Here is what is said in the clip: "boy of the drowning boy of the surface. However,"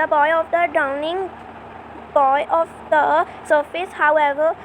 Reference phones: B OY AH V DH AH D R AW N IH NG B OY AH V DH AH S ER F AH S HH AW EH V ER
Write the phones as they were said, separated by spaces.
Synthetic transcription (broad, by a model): B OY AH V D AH D AW N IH NG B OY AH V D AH S ER F AH S HH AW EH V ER